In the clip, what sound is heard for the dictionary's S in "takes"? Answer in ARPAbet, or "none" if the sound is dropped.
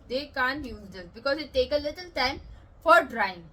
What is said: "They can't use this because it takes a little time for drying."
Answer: none